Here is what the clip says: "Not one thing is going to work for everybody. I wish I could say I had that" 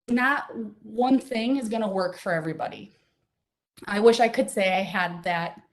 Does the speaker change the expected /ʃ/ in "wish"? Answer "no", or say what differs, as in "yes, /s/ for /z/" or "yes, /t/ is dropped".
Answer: no